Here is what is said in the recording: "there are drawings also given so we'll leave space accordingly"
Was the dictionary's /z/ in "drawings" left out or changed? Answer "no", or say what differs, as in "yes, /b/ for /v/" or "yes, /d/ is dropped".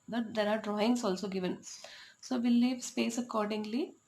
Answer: yes, /s/ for /z/